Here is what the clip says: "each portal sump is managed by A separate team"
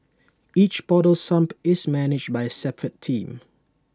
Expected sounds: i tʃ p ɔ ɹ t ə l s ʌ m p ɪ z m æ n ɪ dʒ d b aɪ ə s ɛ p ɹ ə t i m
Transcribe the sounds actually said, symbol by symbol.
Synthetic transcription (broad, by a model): i tʃ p ɔ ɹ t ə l s ʌ m p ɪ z m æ n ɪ dʒ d b aɪ ə s ɛ p ɹ ə t i m